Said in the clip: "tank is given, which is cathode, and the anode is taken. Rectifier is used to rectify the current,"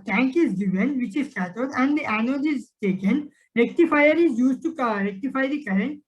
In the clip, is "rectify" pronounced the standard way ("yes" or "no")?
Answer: yes